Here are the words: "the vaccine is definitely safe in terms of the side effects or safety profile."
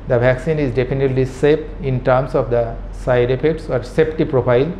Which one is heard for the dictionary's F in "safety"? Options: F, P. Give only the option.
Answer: P